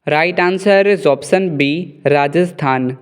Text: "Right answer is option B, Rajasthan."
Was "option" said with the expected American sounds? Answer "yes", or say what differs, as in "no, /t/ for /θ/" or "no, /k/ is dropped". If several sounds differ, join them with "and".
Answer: no, /s/ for /ʃ/